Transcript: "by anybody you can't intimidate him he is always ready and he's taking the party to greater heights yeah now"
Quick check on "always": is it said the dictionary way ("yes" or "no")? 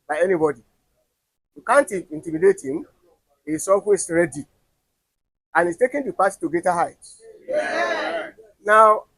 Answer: no